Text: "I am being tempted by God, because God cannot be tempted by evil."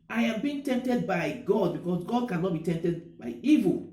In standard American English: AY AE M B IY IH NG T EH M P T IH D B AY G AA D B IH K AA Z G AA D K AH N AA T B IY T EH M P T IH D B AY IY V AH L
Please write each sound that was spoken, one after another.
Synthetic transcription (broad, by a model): AY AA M B IY IH NG T EH M P T IH D B AY G AA D B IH K AA S G AA D K AH N AA T B IY T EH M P T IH D B AY IY V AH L